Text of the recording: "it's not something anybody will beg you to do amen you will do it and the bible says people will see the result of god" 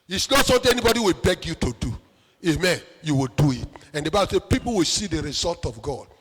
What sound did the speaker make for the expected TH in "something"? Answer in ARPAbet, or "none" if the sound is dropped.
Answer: T